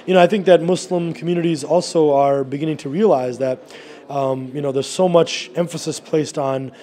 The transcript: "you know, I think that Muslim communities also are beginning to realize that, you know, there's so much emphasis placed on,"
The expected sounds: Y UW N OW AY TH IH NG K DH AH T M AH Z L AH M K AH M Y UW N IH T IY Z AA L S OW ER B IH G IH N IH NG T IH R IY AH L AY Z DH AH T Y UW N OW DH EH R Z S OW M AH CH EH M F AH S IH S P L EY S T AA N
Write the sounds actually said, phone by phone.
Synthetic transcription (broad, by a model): Y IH N OW AY TH IH NG K DH AH T M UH S L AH M K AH M Y UW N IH T IY Z AA L S OW ER B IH G IH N IH NG T IH R IY AH L AY Z DH AH T Y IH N OW DH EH R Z S OW M AH CH EH M F AH S IH S P L EY S T N